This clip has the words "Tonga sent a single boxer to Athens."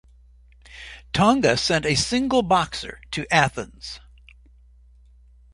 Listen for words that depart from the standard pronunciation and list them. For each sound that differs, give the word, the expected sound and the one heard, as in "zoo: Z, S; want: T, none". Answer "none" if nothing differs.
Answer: none